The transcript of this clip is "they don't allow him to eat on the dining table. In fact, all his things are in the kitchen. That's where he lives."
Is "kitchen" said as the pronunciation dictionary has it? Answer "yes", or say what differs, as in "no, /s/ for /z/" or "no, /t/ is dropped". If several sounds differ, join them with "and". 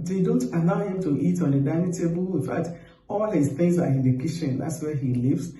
no, /ʃ/ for /tʃ/